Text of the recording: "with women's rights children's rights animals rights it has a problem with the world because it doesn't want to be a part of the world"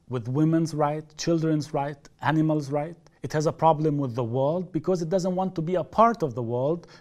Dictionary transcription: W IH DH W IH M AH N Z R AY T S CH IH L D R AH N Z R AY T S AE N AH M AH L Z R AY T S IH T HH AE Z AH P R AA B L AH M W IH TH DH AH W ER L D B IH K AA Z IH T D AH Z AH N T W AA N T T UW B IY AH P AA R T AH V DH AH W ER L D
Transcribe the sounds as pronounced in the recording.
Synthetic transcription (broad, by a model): W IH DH W IH M AH N Z R AY T CH IH L D R AH N Z R AY T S AE N AH M AH L Z R AY T IH T HH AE Z AH P R AA B L AH M W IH DH AH W ER L D B IH K AA Z IH T D AH Z AH N T W AA N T T UW B IY AH P AA R T AH V DH AH W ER L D